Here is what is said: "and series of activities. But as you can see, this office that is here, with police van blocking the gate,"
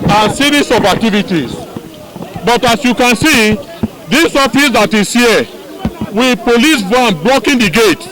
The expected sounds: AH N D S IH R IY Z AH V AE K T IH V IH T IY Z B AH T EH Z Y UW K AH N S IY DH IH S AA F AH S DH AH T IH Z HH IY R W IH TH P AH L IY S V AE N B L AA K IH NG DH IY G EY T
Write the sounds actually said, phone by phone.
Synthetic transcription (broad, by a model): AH N S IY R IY S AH B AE K T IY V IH T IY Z B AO T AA S Y UW K AH N S IY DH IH S AA F AH S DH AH T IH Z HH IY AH W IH P AH L IY S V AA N B L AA K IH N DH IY G EY T